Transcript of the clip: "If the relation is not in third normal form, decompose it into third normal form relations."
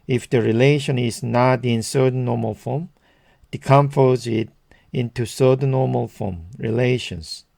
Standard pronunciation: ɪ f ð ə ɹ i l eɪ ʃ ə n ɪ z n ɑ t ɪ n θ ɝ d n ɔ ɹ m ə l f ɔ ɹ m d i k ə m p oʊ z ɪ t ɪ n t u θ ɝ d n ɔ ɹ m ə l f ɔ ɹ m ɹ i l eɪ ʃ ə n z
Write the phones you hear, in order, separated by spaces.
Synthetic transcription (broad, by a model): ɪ f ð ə ɹ i l eɪ ʃ ə n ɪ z n ɑ t ɪ n s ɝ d n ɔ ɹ m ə l f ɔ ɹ m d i k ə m f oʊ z ɪ t ɪ n t u s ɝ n n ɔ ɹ m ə l f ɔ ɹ m ɹ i l eɪ ʃ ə n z